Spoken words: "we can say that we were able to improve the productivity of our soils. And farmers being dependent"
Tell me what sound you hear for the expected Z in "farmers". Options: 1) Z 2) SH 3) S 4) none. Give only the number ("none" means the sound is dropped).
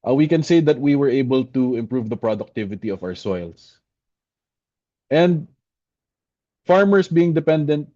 3